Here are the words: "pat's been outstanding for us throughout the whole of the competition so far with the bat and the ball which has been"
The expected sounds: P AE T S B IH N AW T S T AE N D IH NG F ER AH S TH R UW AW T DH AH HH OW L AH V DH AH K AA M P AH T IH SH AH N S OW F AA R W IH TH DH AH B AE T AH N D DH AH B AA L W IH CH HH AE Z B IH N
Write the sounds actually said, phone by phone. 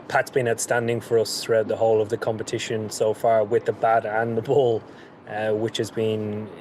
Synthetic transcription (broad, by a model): P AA T S B IH N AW T S T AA N D IH NG F ER AH S TH R UW AW T DH AH HH OW L AH V DH AH K AA M P AH T IH SH AH N S OW F AA R W IH DH AH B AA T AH N DH AH B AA L W IH CH HH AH Z B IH N